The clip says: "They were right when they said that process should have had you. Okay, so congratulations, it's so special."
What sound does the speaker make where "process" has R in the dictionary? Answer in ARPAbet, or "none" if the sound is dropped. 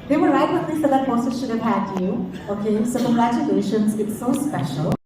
none